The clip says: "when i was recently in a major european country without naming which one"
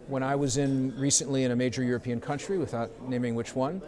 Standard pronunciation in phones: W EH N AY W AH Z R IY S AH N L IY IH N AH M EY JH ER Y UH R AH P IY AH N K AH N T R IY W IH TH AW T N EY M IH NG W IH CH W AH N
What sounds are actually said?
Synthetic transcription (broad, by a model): W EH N AY W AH Z R IY S AH N L IY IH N AH M EY JH ER Y UH R AH P IY AH N K AH N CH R IY W IH TH AW T N EY M IH NG W IH CH W AH N